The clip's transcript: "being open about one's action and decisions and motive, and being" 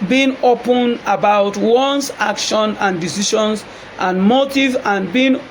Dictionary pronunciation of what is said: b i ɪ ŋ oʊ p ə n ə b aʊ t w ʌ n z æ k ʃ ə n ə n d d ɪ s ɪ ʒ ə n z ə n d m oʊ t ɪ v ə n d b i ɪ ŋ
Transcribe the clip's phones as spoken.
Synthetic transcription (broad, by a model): b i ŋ oʊ p ə n ə b aʊ t w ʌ n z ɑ k ʃ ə n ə n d d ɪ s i ʃ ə n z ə n m oʊ t ɪ v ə n b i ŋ